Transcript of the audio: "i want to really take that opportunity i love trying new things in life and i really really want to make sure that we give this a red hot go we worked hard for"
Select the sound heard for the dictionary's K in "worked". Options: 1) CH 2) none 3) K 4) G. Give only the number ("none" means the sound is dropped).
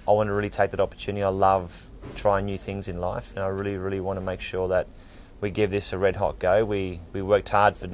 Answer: 3